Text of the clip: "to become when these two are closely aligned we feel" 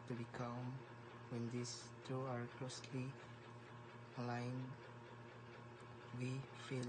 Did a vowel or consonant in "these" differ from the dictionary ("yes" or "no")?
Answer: yes